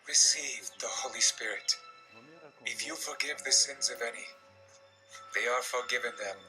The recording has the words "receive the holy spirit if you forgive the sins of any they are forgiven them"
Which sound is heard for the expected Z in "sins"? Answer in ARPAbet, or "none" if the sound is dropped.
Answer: Z